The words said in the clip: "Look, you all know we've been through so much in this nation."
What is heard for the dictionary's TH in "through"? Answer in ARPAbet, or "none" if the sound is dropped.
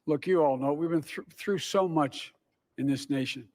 TH